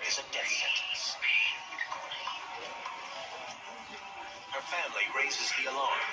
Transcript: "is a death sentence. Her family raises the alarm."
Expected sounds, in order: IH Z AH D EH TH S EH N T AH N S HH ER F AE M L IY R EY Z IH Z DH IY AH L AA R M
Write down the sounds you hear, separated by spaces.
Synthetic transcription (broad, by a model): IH Z AH D EH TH S EH N T AH N S HH ER F AE M L IY R EY Z IH Z DH IY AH L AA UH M